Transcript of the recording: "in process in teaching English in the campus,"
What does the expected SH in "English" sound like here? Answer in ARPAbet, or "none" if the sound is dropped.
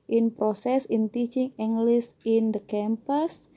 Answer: S